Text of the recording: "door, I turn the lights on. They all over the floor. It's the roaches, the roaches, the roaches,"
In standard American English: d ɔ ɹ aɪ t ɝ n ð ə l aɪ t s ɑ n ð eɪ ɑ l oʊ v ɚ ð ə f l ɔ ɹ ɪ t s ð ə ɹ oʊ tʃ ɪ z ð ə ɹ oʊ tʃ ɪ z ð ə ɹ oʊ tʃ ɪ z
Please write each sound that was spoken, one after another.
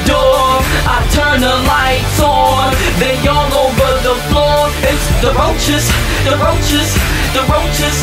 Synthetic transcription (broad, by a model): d ɔ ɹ aɪ t ɝ n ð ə l aɪ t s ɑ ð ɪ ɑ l oʊ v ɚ ð ə f l ɔ ɹ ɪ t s ð ə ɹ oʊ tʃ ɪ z ð ə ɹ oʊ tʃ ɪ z ð ə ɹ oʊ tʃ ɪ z